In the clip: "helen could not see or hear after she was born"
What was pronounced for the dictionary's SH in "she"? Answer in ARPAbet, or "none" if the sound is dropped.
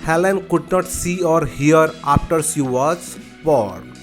S